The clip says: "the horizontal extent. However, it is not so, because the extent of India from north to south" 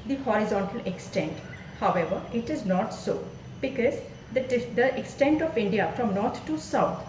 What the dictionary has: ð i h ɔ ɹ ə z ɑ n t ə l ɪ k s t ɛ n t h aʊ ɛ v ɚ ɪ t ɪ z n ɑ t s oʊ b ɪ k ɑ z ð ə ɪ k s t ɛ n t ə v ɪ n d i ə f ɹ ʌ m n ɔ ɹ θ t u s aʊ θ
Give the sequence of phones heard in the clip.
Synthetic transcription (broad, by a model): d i h ɔ ɹ ə z ɑ n t ə l ɪ k s t ɛ n t h aʊ ɛ v ɚ ɪ t ɪ z n ɑ t s oʊ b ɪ k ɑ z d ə ɪ k s t ɛ n t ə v ɪ n d i ə f ɹ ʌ m n ɔ ɹ t t u s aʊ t